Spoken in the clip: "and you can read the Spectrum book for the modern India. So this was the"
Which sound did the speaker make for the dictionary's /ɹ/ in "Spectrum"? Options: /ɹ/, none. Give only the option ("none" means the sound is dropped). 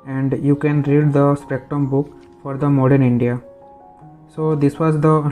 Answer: none